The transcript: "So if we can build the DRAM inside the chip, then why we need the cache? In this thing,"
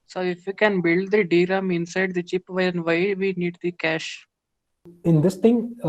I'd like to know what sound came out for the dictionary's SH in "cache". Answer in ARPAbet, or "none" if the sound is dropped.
SH